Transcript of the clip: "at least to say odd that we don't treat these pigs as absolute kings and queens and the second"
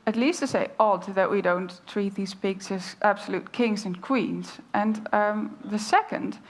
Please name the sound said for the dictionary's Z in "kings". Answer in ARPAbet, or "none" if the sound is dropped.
Z